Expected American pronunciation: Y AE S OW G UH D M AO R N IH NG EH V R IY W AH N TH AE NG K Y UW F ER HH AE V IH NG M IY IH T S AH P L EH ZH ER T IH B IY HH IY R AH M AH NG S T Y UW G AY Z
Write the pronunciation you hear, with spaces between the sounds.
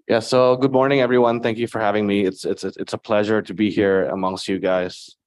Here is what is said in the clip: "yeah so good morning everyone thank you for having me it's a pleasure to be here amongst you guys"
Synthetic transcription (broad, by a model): Y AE S OW G UH D M AO R N IH NG EH V R IY W AH N TH AE NG K Y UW F ER HH AE V IH NG M IY IH T S AH P L EH ZH ER T IH B IY HH IY R AH M AH NG S T Y UW G AY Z